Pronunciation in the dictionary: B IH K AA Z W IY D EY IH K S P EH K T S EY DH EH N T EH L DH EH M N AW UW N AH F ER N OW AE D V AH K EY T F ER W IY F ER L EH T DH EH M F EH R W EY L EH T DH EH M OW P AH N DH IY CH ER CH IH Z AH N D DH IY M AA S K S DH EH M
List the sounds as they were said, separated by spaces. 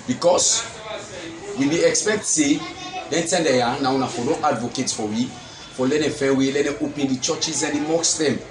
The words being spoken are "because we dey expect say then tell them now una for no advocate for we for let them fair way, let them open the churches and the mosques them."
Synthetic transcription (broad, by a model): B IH K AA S W IY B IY IH K S P EH K T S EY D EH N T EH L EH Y N AW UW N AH F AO L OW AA D V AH K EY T F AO W IY F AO L EH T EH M F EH W EY L EH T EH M OW P AH N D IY CH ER CH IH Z AH N D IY M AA K S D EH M